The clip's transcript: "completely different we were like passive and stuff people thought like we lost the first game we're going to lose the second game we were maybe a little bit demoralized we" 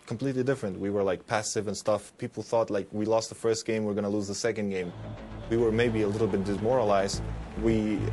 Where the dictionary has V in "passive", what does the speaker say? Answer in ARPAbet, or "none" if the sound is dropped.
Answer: V